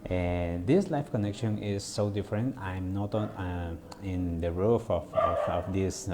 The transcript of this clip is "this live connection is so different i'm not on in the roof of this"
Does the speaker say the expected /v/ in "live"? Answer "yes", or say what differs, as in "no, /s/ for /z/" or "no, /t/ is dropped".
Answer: no, /f/ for /v/